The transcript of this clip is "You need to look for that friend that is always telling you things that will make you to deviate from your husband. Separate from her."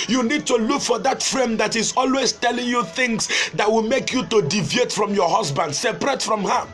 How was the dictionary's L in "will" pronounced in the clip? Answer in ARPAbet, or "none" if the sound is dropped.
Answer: L